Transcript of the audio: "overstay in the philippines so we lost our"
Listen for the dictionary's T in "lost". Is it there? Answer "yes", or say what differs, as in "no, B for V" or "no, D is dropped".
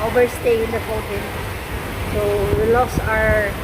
no, T is dropped